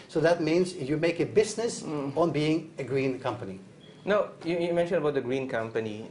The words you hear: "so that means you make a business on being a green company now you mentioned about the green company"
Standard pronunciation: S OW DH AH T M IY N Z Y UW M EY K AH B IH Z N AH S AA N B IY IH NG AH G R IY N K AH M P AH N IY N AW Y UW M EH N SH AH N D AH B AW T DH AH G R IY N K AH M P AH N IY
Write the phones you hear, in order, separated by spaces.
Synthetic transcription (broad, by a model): S OW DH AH T M IY N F Y UW M EY K AH B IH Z N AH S AA N B IY IH NG AH G R IY N K AH M P AH N IY N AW Y UW M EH N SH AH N AH B AW T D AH G R IY N K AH M P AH N IY